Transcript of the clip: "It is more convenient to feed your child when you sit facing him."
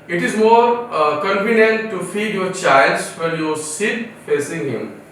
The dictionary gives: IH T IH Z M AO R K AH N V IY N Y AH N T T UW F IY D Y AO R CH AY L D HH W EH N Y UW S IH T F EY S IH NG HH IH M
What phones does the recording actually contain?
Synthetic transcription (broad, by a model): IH T IH Z M AO R K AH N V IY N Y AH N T T UW F IY D Y AO R CH AY L D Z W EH L Y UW S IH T F EY S IH NG HH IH M